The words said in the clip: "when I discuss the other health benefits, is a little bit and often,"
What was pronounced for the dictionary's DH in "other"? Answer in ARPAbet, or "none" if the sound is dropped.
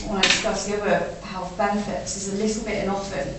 none